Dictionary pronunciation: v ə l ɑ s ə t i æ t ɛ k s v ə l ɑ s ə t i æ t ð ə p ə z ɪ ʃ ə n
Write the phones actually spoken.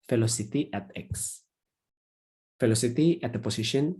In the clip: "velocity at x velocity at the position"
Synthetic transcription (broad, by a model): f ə l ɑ s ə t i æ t ɛ k s f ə l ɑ s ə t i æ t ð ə p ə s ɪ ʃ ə n